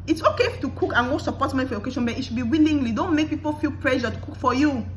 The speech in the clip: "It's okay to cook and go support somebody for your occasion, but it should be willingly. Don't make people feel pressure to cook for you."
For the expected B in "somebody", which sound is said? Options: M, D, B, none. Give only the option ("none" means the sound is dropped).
none